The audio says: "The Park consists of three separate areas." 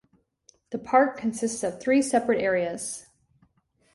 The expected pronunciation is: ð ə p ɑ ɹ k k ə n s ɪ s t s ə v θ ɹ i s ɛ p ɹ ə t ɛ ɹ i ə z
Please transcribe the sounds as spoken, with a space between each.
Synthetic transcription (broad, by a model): ð ə p ɑ ɹ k k ə n s ɪ s t s ə v θ ɹ i s ɛ p ɹ ə t ɛ ɹ i ə z